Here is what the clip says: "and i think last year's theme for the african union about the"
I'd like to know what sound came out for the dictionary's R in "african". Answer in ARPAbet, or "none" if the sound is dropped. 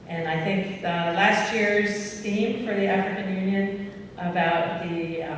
R